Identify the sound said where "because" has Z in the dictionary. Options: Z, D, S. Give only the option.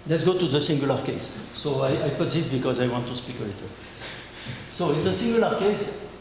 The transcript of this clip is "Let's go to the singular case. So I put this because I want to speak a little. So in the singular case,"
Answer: Z